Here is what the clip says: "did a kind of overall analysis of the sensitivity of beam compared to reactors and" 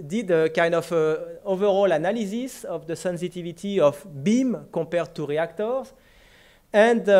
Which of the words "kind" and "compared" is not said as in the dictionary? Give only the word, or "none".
compared